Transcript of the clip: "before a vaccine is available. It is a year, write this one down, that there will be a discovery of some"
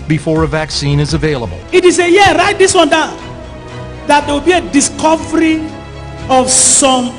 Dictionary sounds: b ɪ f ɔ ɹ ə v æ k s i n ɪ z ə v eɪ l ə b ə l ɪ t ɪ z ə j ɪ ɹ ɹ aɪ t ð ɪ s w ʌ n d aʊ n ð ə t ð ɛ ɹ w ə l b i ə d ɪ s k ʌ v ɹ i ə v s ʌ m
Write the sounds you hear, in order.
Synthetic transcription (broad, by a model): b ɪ f ɔ ɹ ə v æ k s i n ɪ z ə v eɪ l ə b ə l ɪ t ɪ s ə j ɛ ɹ ɹ aɪ t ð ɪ s w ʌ n d aʊ n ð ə t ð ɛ w ə l b i ə d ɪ s k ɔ v ɹ i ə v s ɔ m